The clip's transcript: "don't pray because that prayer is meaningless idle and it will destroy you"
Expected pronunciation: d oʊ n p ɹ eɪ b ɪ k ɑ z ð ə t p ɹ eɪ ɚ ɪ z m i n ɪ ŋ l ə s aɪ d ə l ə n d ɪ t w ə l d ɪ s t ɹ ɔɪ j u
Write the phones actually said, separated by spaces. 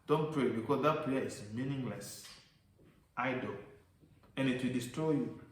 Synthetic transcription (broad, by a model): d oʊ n p ɹ eɪ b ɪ k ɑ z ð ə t p l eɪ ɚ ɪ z m i n ɪ ŋ l ə s aɪ d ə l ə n ɪ t w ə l d ɪ s t ɹ ɔɪ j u